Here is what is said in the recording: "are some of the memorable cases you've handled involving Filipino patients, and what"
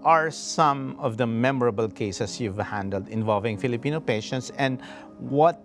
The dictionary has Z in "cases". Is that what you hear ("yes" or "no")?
no